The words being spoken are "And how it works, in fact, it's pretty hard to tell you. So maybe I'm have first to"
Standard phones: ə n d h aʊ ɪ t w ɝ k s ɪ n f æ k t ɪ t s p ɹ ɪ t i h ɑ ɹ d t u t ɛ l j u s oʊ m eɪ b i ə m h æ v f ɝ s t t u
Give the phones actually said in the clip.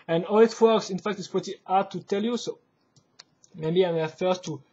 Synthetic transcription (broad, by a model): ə n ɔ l ɪ t w ɝ k s ɪ n f æ k t ɪ t s p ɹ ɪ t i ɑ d t u t ɛ l j u s oʊ m eɪ b i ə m f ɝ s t t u